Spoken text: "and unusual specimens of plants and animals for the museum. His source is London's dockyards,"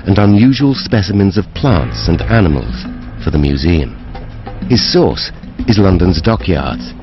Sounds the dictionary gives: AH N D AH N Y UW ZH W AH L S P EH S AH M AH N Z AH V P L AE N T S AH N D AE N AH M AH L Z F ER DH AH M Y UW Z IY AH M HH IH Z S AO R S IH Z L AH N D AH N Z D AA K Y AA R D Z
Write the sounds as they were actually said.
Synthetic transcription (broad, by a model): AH N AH N Y UW ZH W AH L S P EH S AH M AH N Z AH V P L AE N T S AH N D AE N AH M AH L Z F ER DH AH M Y UW Z IY AH M HH IH Z S AO R S IH Z L AH N D AH N Z D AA K Y AA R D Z